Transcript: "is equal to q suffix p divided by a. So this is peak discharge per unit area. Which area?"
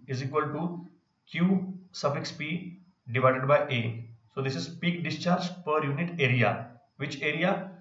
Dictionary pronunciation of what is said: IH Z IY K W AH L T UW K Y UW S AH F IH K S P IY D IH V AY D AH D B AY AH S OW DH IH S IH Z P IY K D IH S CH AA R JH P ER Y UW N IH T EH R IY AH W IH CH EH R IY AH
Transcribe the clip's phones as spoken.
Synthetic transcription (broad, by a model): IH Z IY K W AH L T UW K Y UW S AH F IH K S P IY D IH V AY D AH D B AY AH S OW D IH S IH Z P IY K D IH S CH AA R JH P ER Y UW N IH T EH R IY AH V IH CH EH R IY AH